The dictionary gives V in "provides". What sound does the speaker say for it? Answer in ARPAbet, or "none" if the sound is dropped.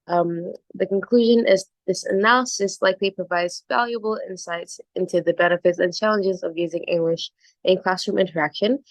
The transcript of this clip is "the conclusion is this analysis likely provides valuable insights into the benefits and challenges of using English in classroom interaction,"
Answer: V